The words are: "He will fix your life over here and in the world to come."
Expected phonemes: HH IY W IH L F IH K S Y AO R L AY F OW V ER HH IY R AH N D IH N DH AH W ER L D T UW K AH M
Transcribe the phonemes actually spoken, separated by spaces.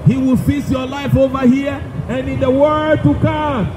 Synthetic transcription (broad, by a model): HH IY W IH L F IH S Y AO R L AY F OW V ER HH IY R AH N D IH N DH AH W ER D T UW K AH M